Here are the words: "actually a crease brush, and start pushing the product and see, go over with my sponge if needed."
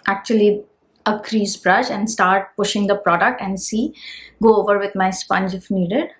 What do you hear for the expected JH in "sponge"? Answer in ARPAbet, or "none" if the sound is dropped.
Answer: JH